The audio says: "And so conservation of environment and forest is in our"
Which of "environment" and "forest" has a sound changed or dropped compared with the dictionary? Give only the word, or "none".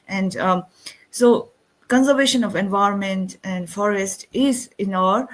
none